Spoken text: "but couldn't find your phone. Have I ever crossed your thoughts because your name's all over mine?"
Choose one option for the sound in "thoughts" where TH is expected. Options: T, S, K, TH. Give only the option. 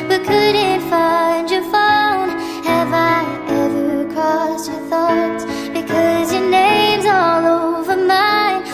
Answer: TH